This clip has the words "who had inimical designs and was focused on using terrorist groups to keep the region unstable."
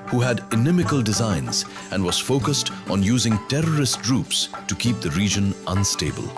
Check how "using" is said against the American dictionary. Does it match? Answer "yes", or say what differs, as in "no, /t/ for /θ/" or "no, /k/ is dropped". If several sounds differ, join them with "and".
yes